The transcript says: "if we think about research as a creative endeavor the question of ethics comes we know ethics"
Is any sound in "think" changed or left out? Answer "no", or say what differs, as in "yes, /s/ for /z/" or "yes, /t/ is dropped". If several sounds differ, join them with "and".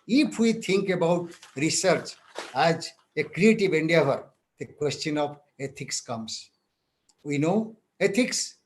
yes, /t/ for /θ/